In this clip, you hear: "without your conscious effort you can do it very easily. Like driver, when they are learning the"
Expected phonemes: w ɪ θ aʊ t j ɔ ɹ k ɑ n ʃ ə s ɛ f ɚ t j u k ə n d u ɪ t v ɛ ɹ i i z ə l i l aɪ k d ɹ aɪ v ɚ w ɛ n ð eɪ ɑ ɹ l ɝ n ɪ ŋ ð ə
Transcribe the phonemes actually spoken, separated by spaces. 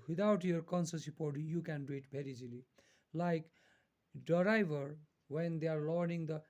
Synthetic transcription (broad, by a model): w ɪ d aʊ t j ɔ ɹ k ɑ n s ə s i p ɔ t j u k ə n d u ɪ t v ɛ ɹ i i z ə l i l aɪ k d ɹ aɪ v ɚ w ɛ n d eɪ ɑ ɹ l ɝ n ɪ ŋ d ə